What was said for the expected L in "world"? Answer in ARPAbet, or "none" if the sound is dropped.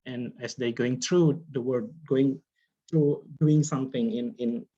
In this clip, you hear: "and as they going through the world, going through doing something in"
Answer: none